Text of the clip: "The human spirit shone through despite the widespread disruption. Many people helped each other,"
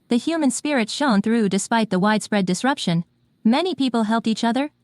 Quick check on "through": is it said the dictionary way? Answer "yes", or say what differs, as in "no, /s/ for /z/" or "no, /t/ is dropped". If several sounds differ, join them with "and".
yes